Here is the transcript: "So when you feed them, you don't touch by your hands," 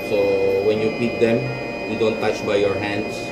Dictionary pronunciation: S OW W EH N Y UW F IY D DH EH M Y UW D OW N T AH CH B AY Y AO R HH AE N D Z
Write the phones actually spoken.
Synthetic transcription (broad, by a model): S OW W EH N Y UW P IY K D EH M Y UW D OW N T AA CH B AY Y AO R HH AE N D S